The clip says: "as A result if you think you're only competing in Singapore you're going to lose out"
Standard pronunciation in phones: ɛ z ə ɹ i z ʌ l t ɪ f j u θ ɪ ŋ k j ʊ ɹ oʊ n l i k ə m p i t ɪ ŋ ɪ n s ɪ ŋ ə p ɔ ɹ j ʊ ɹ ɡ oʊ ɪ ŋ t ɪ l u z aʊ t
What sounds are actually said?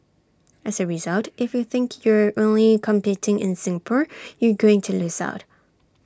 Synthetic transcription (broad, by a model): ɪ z ə ɹ i z ʌ l t ɪ f j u θ ɪ ŋ k j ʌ ɹ oʊ n l i k ə m p i t ɪ ŋ ɪ n s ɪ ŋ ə p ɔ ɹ j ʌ ɹ ɡ oʊ ɪ ŋ t ɪ l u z aʊ t